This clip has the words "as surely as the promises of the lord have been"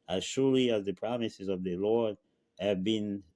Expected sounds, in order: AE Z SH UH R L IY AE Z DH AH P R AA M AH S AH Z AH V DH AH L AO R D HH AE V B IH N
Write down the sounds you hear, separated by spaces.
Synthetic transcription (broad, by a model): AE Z SH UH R L IY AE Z DH AH P R AA M AH S AH Z AH V DH AH L AO R D HH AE V B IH N